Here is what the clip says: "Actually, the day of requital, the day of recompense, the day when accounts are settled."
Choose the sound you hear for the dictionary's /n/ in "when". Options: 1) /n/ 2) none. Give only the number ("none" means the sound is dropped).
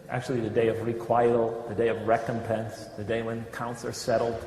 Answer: 1